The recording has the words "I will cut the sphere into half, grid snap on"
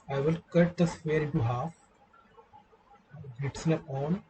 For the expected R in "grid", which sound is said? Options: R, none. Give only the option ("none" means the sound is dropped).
none